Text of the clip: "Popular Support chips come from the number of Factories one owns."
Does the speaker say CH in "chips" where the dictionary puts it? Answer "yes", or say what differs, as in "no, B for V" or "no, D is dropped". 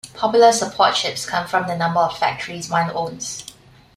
no, SH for CH